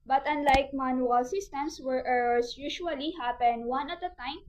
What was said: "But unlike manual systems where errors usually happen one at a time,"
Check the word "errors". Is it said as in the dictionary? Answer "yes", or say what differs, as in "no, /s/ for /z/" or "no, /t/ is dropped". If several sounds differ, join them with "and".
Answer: no, /s/ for /z/